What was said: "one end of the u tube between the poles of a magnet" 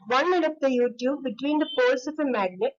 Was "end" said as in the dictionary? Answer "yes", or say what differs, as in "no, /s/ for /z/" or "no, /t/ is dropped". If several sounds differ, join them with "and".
no, /n/ is dropped